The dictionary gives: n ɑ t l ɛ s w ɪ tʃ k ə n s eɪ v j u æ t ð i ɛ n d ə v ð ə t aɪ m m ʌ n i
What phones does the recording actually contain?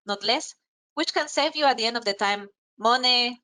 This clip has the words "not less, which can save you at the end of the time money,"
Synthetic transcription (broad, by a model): n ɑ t l ɛ s w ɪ tʃ k ə n s eɪ v j u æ t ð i ɛ n d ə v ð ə t aɪ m m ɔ n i